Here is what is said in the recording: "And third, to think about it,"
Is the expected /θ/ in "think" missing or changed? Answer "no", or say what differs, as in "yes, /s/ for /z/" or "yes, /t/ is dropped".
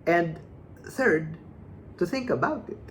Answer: no